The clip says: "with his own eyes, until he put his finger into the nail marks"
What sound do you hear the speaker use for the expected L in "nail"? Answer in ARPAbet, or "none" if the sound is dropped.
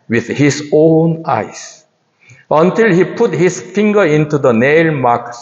L